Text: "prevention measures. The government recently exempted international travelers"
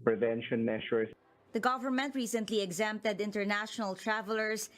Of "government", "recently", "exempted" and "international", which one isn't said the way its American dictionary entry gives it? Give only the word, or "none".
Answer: none